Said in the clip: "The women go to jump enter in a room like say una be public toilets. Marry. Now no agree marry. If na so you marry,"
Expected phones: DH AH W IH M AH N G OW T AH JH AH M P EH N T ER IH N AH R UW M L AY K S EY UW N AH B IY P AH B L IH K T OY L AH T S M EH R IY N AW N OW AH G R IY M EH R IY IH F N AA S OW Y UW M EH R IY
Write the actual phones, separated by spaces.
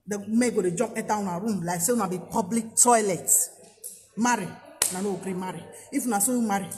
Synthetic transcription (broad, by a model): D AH M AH G OW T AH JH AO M EH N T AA IH N AH R UW M L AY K S EY UW N AH B IY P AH B L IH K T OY L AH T M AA R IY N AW N OW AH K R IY M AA R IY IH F N AA S OW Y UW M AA R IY